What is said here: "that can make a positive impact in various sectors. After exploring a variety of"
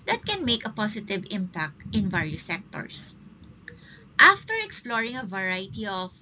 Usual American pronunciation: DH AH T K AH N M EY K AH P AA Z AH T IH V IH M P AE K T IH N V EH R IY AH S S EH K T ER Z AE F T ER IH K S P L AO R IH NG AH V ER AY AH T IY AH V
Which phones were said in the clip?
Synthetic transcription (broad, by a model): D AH T K AH N M EY K AH P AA S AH T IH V IH M P AE K T IH N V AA R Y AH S S EH K T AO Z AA F T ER IH K S P L AO R IH NG AH V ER AY T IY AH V